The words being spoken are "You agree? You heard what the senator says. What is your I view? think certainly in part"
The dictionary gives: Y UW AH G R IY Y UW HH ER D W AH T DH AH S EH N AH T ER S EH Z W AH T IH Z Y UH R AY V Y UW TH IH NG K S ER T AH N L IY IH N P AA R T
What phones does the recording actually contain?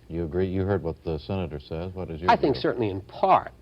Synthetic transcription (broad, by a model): Y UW AH G R IY Y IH HH ER D W AH T DH AH S EH N AH T ER S EH Z W AH T IH Z Y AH AY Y TH IH NG K S ER T N L IY IH N P AA R T